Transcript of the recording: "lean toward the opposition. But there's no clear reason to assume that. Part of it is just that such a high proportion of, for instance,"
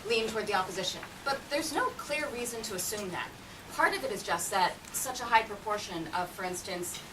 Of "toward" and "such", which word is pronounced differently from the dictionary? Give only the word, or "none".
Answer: none